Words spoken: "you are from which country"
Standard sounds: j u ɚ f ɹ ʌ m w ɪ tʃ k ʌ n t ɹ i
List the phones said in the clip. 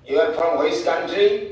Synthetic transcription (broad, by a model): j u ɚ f ɹ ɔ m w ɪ s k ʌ n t ɹ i